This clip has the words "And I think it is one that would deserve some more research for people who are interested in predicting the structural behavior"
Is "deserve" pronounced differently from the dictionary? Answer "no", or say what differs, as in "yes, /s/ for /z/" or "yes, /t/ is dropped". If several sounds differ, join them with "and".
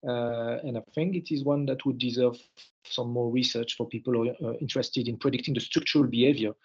no